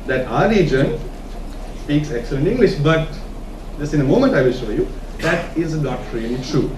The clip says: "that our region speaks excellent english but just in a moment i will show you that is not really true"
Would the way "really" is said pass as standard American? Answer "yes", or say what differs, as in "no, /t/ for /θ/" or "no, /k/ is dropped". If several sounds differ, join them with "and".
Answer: no, /n/ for /l/